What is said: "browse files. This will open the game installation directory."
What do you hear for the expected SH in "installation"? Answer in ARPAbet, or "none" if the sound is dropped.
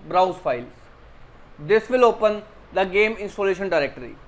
SH